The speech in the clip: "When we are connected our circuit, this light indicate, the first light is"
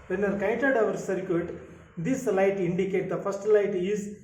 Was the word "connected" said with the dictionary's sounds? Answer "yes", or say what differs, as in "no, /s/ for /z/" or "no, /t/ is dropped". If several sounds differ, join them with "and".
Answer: no, /n/ is dropped